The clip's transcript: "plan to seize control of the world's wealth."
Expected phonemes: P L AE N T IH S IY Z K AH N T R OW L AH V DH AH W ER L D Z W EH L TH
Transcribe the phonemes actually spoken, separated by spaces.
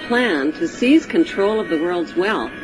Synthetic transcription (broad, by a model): P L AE N T IH S IY Z K AH N T R OW L AH V DH AH W ER L D Z W EH L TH